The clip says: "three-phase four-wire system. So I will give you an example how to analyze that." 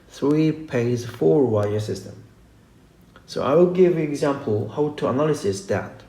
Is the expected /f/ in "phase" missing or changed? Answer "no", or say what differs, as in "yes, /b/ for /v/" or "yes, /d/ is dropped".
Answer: yes, /p/ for /f/